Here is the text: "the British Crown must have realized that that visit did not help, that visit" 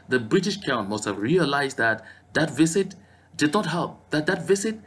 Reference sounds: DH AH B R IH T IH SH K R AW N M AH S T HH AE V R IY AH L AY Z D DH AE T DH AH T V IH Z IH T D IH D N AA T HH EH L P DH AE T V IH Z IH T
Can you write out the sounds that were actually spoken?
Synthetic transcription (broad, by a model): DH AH B R IH T IH SH K AW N M AH S T HH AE V R IY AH L AY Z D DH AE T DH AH T V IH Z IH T D IH D N AA T HH EH L P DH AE T V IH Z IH T